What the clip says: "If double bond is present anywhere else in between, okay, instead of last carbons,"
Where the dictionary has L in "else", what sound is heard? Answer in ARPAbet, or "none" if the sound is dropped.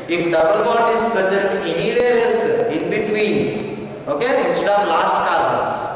N